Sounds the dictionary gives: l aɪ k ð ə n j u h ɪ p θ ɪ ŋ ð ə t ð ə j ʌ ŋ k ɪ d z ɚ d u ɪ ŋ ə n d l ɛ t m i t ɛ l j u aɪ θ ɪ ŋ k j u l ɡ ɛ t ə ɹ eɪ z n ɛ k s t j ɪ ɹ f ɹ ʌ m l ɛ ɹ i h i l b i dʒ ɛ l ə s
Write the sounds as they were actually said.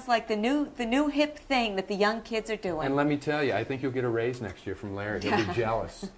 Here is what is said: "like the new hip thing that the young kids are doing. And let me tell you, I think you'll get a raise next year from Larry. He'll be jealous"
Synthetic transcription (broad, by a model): l aɪ k ð ə n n u h ɪ p θ ɪ ŋ ð ə t ð ə j ʌ ŋ k ɪ d z ɚ d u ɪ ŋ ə n l ɛ t m i t ɛ l j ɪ aɪ θ ɪ ŋ k j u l ɡ ɛ t ə ɹ eɪ z n ɛ k s t j ɪ ɹ f ɹ ʌ m l ɛ ɹ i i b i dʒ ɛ l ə s